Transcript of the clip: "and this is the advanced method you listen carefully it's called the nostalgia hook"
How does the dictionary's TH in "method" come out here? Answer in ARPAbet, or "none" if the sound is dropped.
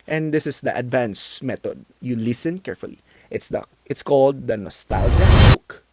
T